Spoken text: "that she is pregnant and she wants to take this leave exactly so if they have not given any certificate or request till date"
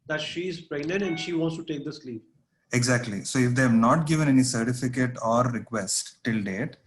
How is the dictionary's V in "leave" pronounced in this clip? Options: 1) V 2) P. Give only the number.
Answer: 2